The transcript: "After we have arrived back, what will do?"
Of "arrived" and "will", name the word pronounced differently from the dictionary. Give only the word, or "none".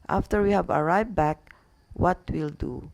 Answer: arrived